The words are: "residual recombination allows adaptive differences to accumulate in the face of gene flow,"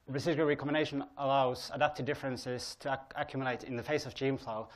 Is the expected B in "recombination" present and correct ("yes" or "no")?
no